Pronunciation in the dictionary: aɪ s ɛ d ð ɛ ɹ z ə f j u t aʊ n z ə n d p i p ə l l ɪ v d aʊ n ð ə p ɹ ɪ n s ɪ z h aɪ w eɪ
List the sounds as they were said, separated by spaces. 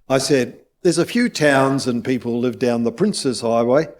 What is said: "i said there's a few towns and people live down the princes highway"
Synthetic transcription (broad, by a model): aɪ s ɛ d ð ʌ ɹ z ə f j u t aʊ n z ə n p i p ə l l ɪ v d aʊ n ð ə p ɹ ɪ n s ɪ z h aɪ w eɪ